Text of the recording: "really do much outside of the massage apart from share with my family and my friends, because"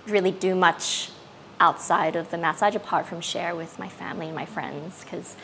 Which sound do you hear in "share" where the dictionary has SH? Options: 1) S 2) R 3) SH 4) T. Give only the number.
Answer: 3